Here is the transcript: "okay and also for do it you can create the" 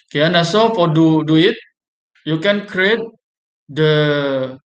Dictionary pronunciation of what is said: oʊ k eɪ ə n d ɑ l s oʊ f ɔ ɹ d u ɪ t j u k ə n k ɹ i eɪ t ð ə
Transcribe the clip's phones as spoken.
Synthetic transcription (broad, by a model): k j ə n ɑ s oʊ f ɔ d d u ɪ t j u k ə n k ɹ i eɪ t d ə